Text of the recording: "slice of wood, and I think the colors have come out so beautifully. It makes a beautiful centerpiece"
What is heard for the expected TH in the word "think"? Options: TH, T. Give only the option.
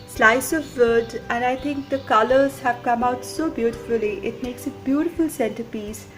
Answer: T